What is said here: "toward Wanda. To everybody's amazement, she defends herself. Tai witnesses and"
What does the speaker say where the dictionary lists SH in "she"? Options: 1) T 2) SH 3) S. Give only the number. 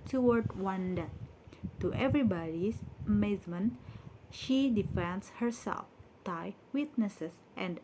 2